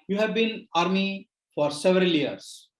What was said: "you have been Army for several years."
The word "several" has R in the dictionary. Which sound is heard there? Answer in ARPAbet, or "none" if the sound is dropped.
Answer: R